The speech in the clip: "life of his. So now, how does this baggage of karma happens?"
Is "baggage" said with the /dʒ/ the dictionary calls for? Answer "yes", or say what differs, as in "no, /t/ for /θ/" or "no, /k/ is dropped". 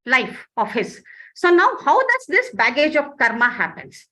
yes